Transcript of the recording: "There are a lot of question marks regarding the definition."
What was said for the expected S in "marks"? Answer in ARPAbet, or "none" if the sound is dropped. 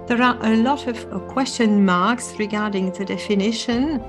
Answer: S